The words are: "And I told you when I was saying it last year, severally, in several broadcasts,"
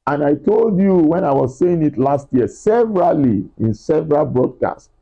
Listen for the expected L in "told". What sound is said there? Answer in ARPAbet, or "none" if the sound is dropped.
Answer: L